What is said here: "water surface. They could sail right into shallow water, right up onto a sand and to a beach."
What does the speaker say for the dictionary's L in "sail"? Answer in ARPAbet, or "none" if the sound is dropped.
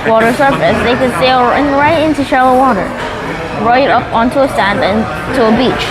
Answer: N